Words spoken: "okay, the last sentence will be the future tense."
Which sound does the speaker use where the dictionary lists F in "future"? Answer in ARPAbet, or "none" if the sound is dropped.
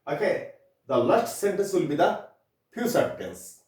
P